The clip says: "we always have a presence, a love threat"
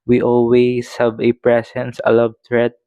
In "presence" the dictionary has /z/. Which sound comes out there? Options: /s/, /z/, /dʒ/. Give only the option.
/s/